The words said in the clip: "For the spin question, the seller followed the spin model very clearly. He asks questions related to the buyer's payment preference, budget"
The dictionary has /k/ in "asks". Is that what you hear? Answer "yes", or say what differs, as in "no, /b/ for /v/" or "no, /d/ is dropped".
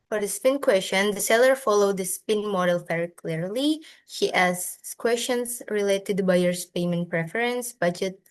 no, /k/ is dropped